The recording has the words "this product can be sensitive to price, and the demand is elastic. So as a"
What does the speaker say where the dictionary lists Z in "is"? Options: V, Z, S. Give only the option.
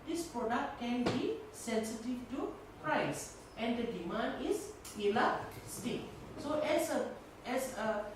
S